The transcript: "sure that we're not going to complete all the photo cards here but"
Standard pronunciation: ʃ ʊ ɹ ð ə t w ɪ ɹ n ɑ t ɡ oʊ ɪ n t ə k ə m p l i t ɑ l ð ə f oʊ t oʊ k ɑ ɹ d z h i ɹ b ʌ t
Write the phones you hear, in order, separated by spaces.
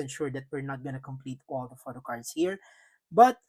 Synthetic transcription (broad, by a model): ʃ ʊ ɹ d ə t w ɪ ɹ n ɑ t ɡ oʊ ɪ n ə k ə m p l i t ɑ l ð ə f oʊ t oʊ k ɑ ɹ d s h i ɹ b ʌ t